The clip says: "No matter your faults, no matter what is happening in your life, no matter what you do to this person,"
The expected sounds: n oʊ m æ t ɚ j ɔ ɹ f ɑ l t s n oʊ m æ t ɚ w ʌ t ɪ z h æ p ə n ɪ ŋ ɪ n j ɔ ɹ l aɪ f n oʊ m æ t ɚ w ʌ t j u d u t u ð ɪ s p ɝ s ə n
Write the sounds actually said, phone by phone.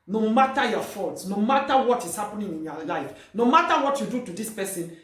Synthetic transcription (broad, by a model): n oʊ m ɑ t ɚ j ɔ f ɑ l t s n oʊ m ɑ t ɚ w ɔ t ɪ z h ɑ p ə n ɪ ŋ ɪ n j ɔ l aɪ f n oʊ m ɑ t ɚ w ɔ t j u d u t u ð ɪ s p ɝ s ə n